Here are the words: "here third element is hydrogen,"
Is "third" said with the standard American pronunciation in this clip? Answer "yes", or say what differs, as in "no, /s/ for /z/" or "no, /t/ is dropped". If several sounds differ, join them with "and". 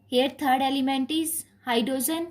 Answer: no, /t/ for /θ/